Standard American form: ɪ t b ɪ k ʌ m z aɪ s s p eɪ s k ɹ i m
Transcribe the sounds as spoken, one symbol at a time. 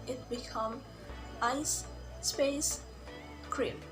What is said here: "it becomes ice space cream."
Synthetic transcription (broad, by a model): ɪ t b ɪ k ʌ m aɪ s s p eɪ s k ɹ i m